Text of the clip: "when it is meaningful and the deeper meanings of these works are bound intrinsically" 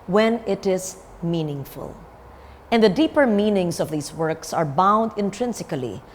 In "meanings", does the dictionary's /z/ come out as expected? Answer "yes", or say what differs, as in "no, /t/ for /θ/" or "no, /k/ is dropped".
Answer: no, /s/ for /z/